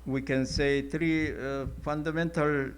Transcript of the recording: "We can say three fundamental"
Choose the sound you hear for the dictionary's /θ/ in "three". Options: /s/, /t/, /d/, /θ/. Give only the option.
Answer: /t/